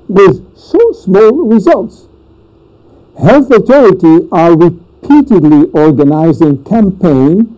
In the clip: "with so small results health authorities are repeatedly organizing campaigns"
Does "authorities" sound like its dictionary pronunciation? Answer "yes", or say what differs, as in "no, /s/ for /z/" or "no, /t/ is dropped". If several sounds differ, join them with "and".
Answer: no, /t/ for /θ/ and /z/ is dropped